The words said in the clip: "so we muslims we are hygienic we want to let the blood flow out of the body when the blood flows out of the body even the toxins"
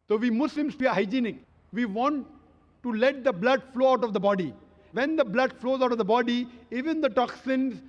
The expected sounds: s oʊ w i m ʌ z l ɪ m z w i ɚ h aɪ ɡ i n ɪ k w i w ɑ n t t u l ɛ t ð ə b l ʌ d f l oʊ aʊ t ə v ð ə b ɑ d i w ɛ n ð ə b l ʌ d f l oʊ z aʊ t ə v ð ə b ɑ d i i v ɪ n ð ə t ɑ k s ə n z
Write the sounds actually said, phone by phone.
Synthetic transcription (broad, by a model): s oʊ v i m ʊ s l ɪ m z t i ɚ h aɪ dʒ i n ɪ k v i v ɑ n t t u l ɛ t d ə b l ʌ d f l oʊ aʊ t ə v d ə b ɑ d i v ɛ n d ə b l ʌ d f l oʊ z aʊ t ə v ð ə b ɑ d i i v ɪ n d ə t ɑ k s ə n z